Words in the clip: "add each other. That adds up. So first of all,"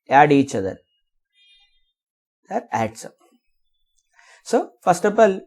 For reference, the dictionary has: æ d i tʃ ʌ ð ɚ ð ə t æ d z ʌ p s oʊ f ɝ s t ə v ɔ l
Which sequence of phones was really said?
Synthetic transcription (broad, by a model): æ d i tʃ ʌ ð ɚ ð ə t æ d s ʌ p s oʊ f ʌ s t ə p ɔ l